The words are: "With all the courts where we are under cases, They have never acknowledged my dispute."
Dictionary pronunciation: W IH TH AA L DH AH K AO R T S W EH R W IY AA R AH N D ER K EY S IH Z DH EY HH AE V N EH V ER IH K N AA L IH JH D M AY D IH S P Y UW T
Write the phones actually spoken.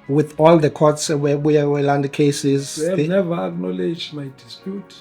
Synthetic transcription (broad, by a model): W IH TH AA L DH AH K AO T S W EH W IY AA W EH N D K EY S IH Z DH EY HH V N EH V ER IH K N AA L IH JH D M AY D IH S P Y UW T